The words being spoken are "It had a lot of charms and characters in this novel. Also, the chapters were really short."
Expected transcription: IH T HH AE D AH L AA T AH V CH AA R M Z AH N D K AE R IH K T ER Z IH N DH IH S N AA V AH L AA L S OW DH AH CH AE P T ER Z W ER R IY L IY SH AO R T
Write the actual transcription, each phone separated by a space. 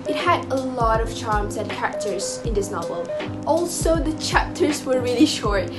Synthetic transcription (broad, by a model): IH T HH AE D AH L AA T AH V CH AA R M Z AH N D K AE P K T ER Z IH N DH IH S N AA V AH L AA L S OW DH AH CH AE P T ER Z W ER R IY L IY SH AO R T